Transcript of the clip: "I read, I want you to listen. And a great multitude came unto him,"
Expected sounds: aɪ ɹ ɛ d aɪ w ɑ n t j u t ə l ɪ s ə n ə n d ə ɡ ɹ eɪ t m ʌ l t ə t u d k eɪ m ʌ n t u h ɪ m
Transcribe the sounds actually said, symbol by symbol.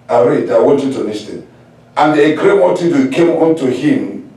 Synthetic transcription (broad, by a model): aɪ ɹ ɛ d aɪ w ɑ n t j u t ə n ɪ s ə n ə n d ə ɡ ɹ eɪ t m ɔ t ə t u k eɪ m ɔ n t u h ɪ m